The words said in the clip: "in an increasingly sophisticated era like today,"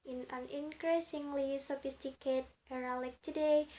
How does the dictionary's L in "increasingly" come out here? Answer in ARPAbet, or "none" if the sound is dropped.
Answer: L